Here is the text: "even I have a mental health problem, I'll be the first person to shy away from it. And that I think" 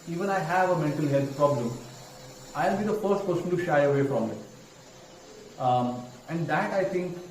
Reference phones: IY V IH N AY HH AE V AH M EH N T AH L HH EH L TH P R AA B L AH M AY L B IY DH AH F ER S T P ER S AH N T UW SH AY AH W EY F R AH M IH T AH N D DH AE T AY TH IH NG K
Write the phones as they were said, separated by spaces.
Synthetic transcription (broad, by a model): IY V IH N AY HH AE V AH M EH N T AH L HH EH L T P R AA B L AH M AY L B IY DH AH F ER S T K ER S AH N T UW SH AY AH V EY F R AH M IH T AH N D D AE T AY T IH NG K